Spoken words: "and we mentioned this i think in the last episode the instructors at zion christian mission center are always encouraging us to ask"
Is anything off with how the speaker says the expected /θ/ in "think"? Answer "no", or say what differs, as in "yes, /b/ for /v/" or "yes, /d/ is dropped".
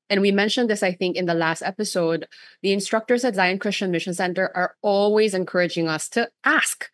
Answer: no